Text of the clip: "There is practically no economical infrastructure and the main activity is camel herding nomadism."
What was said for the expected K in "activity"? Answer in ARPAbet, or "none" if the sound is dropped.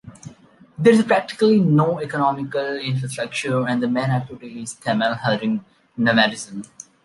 none